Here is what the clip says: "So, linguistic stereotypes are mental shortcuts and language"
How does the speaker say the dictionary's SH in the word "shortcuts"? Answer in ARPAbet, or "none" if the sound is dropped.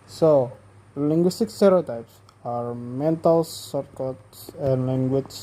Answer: S